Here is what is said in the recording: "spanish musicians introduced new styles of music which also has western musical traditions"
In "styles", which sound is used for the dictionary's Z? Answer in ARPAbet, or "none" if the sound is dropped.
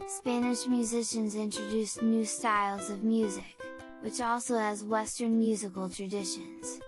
Z